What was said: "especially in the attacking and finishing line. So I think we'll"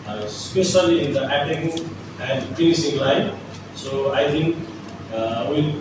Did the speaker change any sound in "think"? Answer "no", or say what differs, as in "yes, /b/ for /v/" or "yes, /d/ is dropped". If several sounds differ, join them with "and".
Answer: yes, /t/ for /θ/